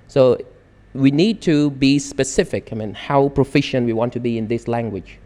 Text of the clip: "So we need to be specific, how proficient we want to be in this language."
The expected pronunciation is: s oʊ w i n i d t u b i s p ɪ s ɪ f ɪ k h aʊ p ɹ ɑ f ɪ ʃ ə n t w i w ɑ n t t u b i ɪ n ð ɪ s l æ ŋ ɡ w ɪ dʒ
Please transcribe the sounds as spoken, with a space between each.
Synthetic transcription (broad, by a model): s oʊ w i n i d t u b i s p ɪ s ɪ f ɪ k h aʊ p ɹ ɑ f ɪ ʃ ə n t w i w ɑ n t t u b i ɪ n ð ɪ s l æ ŋ ɡ w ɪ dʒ